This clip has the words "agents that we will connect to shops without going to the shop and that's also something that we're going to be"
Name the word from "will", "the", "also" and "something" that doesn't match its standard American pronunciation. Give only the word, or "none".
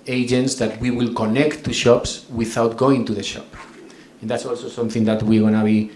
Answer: none